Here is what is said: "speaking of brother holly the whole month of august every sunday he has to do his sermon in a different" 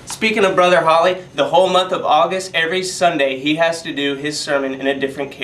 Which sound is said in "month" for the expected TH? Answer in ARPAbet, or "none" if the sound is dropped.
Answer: TH